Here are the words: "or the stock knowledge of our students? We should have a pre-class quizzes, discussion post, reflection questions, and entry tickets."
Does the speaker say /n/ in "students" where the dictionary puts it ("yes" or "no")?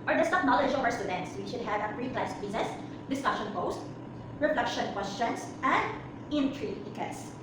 yes